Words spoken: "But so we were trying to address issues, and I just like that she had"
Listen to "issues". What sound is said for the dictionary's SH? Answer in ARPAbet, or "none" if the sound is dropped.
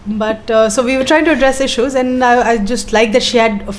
SH